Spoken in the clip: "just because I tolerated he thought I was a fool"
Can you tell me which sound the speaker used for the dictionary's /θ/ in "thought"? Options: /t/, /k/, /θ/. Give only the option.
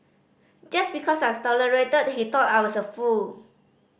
/t/